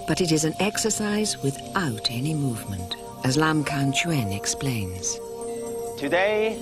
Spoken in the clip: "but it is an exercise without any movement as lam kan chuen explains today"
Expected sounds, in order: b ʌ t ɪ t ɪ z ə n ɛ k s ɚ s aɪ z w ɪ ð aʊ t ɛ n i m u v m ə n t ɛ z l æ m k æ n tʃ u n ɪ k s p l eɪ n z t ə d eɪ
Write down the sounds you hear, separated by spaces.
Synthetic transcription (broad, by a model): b ʌ t ɪ t ɪ z ə n ɛ k s ɚ s aɪ z w ɪ ð aʊ t ɛ n i m u v m ə n t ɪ z l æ m k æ n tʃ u n ɪ k s p l eɪ n z t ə d eɪ